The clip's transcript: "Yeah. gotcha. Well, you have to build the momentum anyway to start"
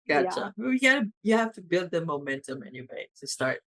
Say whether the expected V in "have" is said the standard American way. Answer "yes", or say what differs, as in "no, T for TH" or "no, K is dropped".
no, F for V